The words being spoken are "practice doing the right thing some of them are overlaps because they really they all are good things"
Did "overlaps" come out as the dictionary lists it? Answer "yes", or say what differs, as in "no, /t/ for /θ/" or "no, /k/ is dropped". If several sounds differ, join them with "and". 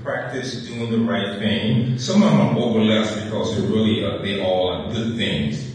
no, /p/ is dropped